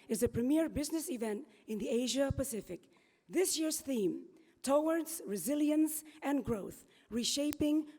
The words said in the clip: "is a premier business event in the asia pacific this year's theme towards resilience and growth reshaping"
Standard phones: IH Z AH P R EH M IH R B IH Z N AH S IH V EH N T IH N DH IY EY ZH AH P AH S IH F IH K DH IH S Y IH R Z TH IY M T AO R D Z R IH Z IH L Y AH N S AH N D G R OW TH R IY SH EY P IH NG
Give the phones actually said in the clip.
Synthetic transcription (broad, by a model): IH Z AH P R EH M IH R B IH Z N AH S IH V EH N T IH N DH IY EY ZH AH P AH S IH F IH K DH IH S Y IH R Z TH IY M T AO R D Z R IH Z IH L Y AH N S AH N G R OW TH R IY SH EY P IH NG